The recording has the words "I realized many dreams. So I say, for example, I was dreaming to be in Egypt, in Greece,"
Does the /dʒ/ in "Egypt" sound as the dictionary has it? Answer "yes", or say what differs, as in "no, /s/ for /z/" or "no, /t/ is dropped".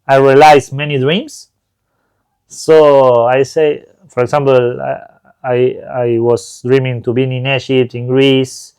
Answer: no, /ʃ/ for /dʒ/